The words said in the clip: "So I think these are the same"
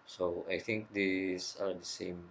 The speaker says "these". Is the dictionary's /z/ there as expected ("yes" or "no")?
no